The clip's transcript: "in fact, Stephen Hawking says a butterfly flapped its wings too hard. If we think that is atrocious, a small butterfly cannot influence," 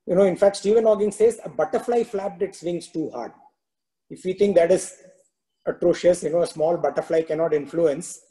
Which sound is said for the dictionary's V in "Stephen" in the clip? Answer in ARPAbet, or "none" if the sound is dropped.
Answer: V